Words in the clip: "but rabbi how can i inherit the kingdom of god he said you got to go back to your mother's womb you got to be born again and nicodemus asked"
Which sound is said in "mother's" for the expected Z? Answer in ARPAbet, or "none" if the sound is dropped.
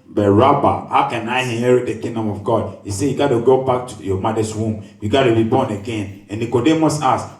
S